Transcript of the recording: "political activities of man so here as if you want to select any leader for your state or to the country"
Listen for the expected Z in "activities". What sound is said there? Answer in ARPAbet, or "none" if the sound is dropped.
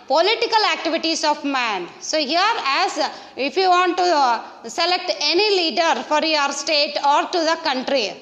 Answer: S